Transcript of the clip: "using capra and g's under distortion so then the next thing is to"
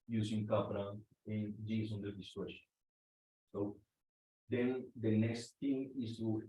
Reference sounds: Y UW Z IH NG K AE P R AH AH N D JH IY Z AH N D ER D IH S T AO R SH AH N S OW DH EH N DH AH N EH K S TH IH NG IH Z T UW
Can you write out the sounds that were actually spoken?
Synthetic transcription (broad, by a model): Y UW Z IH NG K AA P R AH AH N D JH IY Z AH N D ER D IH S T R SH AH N S OW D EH N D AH N EH K S T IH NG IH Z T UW